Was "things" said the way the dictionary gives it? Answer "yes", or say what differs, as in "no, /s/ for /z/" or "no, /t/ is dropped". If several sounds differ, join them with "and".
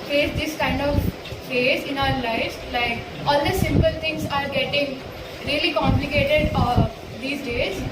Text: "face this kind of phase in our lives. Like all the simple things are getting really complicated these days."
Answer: no, /t/ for /θ/